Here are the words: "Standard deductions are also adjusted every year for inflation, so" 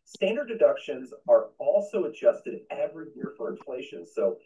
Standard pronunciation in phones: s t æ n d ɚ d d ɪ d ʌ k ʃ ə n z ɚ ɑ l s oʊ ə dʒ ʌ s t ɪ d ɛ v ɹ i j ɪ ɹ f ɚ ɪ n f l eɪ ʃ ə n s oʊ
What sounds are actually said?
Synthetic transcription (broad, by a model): s t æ n d ɚ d d ɪ d ʌ k ʃ ə n z ɚ ɑ l s oʊ ə dʒ ʌ s t ɪ d ɛ v ɹ i j ɪ ɹ f ɚ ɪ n f l eɪ ʃ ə n s oʊ